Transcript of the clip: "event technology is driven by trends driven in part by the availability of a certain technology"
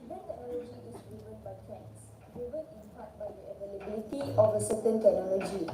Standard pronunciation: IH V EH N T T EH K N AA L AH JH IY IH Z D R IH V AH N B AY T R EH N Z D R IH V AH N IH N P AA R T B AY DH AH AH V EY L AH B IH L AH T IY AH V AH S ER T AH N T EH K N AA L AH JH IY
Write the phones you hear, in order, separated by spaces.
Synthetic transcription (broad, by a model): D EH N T T EH K N AA L AH JH IY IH S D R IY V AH N B AY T EH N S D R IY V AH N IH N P AA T B AY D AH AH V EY L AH B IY L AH T IY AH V AH S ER T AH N T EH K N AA L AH JH IY